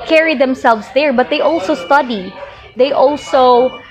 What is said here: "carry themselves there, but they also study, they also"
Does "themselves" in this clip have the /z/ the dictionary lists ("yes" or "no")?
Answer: no